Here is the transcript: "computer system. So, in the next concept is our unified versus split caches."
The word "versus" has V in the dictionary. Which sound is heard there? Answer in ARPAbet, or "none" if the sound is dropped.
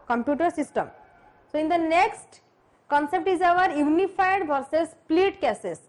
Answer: B